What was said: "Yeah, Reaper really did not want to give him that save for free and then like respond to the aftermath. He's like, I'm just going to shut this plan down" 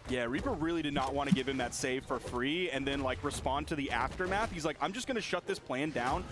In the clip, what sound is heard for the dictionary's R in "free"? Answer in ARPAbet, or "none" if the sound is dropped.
R